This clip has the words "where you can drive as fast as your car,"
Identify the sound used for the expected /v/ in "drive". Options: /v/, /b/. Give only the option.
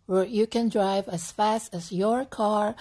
/v/